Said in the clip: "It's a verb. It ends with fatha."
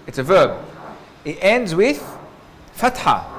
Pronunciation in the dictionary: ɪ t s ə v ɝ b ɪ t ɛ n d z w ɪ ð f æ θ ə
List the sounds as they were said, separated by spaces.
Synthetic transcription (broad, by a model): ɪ t s ə v ɝ b ɪ t ɛ n d z w ɪ ð f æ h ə